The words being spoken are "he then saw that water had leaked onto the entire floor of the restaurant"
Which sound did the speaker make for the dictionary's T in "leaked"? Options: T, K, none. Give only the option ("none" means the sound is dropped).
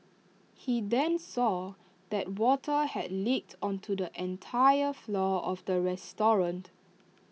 T